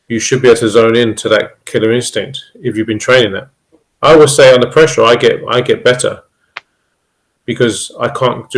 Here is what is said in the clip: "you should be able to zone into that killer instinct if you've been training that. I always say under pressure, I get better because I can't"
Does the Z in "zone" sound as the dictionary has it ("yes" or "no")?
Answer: yes